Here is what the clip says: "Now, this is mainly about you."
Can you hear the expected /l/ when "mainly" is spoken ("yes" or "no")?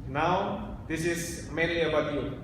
no